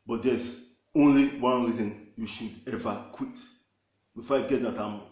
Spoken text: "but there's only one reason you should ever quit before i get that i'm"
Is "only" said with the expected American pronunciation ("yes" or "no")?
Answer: yes